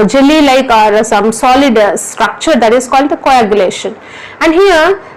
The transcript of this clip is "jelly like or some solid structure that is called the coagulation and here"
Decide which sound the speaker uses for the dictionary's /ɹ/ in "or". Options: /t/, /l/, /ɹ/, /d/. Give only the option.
/ɹ/